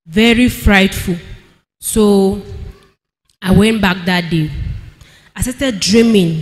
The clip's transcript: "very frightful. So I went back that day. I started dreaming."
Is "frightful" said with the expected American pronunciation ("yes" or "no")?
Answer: yes